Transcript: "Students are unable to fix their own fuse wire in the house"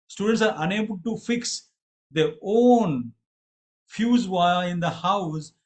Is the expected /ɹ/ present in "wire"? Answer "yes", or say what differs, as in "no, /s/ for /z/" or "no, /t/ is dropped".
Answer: no, /l/ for /ɹ/